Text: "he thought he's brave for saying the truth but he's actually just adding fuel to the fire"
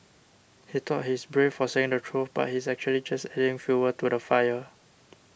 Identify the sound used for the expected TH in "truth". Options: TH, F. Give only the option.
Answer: F